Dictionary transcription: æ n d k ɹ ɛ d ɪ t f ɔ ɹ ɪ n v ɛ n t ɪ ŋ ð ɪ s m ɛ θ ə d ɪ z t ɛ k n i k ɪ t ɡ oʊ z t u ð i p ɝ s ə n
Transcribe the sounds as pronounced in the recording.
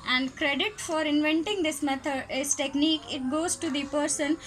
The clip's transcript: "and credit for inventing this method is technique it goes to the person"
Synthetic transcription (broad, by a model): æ n d k ɹ ɛ d ɪ t f ɔ ɹ ɪ n v ɛ n t ɪ ŋ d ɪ s m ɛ t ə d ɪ s t ɛ k n i k ɪ t ɡ oʊ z t u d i p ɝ s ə n